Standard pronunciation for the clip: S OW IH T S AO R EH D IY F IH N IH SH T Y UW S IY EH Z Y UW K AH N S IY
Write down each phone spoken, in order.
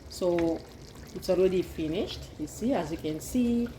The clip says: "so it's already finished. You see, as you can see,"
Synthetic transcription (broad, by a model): S OW IH T S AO L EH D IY F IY N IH SH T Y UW S IY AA Z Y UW K AH N S IY